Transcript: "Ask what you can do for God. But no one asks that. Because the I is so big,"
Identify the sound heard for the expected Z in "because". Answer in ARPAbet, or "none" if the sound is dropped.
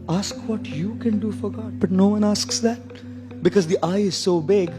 Z